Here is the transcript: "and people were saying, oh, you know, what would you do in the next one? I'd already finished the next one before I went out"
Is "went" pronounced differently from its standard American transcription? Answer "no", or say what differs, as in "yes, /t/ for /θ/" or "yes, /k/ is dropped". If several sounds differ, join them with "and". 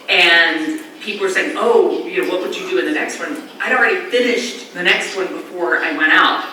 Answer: yes, /n/ is dropped